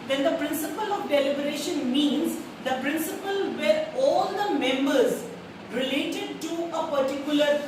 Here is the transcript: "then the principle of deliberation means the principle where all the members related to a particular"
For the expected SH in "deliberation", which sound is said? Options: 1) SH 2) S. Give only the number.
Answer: 1